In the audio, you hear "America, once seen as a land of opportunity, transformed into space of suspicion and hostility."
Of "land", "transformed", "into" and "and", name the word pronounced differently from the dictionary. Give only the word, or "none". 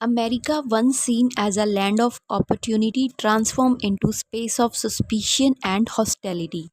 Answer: transformed